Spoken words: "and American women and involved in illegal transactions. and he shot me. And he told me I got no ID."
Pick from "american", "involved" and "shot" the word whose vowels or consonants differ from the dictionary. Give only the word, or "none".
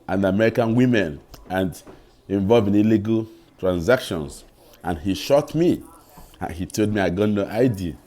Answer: involved